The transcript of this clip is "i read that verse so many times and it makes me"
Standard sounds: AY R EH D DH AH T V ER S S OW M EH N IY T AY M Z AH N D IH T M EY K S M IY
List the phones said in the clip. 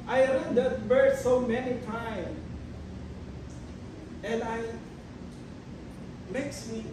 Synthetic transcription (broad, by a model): AY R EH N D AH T B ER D S OW M EH N IY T AY M AH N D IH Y M EY K S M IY